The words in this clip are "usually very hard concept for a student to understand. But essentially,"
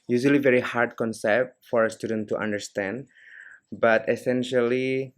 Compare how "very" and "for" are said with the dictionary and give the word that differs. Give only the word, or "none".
none